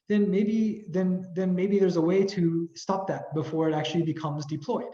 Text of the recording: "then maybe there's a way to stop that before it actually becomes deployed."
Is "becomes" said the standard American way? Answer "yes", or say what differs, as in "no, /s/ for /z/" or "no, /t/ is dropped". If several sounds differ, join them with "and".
yes